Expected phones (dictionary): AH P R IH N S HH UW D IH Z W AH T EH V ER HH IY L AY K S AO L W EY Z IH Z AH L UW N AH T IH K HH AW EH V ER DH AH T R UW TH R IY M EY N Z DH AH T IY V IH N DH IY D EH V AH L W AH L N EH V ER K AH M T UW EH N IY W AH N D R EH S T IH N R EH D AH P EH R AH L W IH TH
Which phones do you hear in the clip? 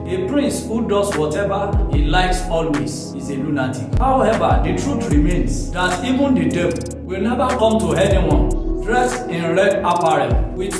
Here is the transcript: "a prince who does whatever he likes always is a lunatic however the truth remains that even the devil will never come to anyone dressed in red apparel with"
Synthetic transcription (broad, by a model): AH P R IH N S HH UW D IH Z W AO T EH V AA HH IY L AY K S AO L W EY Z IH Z AH L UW N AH T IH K HH AW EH V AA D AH T R UW T R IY M EY N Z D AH T IY V IH N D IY D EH B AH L W AH L N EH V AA K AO M T UW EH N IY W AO N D R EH S IH N R EH D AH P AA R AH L W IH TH